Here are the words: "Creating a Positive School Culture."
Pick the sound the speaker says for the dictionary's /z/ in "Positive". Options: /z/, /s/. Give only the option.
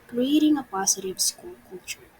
/s/